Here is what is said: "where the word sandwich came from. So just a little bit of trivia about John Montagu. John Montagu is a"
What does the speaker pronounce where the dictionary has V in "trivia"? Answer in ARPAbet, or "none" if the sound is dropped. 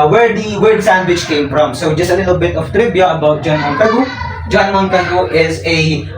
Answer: B